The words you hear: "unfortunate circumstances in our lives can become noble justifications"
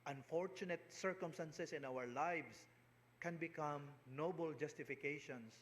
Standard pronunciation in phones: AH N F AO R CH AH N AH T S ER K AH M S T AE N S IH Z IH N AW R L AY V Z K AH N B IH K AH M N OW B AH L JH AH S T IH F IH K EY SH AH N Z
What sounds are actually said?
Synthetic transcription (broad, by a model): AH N F AO R CH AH N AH T S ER K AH M S T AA N S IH S IH N AW R L AY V S K AH N B IH K AH M N OW B AH L JH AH S T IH F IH K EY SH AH N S